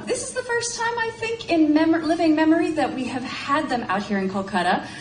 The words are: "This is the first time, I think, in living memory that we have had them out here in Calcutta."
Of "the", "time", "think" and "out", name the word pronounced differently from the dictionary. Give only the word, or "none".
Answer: none